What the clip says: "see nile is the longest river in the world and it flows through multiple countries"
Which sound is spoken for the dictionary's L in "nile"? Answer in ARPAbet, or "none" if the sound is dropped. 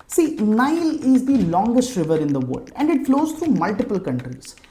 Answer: L